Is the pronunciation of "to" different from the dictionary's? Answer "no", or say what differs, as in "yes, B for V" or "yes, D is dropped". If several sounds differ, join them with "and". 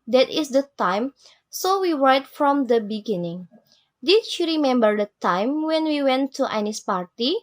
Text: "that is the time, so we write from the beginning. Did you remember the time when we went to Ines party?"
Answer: no